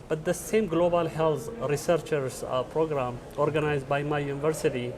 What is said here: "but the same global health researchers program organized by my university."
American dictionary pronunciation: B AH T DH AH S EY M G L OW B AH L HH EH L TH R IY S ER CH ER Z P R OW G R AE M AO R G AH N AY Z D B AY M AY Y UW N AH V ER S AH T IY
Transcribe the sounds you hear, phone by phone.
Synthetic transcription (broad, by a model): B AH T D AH S EY M G L OW B AH L HH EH L T R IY S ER CH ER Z P R OW G R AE M AO R G AH N AY Z D B AY M AY Y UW N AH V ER S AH T IY